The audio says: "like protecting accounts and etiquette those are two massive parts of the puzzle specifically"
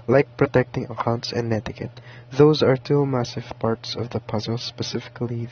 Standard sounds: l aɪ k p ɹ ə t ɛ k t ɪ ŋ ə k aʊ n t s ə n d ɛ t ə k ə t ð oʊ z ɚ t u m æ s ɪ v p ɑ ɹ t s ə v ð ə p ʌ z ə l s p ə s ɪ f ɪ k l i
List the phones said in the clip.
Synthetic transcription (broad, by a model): l aɪ k p ɹ ə t ɛ k t ɪ ŋ ə k aʊ n t s ə n d ɛ t ə k ə t ð oʊ z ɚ t u m æ s ɪ v p ɑ ɹ t s ə v ð ə p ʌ z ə l s p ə s ɪ f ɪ k l i